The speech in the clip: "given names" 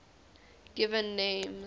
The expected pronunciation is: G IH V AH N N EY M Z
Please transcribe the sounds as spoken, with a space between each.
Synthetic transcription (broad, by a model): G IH V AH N N EY M